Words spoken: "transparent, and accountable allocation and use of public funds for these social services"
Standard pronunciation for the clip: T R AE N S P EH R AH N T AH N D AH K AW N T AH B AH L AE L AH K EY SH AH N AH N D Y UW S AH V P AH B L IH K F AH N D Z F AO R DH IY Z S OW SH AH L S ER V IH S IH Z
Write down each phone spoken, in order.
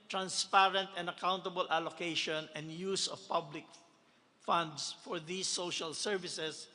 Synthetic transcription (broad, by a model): T R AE N S P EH R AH N T AH N D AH K AW N T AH B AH L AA L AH K EY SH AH N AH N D Y UW S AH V P AH B L IH K F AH N D S F AO R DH IY S OW SH AH L S ER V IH S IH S